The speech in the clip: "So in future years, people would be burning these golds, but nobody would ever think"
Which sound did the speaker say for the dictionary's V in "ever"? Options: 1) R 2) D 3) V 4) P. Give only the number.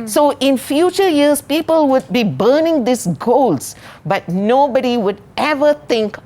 3